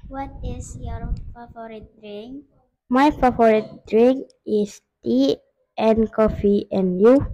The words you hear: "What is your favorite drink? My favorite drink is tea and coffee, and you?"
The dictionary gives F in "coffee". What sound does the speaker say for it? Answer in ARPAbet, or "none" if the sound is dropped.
F